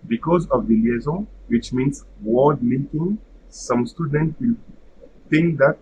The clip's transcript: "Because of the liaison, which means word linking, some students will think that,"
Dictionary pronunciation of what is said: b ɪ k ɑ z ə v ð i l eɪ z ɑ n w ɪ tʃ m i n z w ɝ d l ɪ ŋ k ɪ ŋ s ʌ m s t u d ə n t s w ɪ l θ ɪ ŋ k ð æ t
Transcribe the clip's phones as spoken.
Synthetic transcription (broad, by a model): b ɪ k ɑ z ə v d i l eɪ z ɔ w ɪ tʃ m i n s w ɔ d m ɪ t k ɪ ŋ s ʌ m s t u d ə n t w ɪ l t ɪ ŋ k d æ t